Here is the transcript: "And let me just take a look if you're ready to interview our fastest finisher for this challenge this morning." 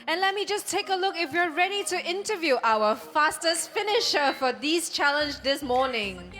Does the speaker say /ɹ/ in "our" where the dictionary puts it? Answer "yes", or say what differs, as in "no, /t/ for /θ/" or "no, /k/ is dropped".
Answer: no, /w/ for /ɹ/